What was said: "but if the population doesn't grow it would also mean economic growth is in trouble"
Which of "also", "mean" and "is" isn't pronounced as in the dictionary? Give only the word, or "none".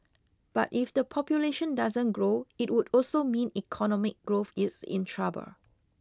is